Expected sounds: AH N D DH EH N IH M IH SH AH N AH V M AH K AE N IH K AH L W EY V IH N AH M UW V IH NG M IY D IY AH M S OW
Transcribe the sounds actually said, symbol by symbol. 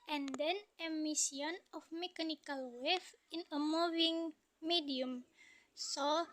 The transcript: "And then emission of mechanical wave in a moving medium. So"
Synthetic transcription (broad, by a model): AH N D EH N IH M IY S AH N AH F M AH K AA N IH K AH L W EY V IH N AH M UW V IH NG M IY D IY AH M S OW